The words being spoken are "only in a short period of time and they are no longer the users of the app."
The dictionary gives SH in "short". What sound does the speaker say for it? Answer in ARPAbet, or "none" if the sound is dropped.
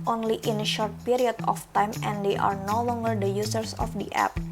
SH